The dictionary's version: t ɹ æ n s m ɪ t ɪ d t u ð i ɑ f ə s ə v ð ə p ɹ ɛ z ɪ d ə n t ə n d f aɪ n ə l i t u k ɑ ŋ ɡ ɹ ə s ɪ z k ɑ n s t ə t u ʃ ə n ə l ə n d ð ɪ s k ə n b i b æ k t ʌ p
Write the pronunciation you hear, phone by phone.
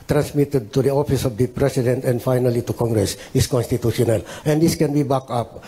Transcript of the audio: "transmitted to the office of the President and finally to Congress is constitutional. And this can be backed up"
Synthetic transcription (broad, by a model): t ɹ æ n s m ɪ t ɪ d t u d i ɑ f ə s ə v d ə p ɹ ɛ s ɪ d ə n t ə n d f aɪ n ə l i t u k ɑ ŋ ɡ ɹ ə s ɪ s k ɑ n s t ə t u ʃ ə n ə l ə n d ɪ s k ə n b i b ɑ k ʌ p